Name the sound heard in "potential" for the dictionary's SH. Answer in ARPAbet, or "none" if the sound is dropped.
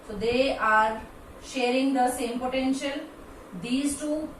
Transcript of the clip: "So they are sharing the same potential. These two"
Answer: SH